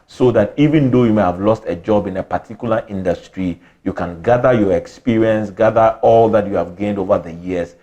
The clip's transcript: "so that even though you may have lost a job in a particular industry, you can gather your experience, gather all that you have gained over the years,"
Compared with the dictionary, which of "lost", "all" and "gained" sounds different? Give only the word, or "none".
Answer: none